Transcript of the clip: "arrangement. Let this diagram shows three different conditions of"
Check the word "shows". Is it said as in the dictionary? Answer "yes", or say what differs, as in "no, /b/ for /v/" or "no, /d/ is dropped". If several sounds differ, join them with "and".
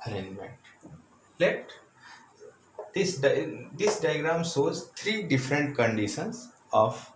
no, /s/ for /ʃ/